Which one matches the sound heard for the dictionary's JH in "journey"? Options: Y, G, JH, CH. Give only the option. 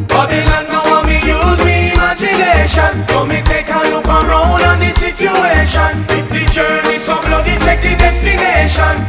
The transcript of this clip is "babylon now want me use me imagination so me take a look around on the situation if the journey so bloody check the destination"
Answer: JH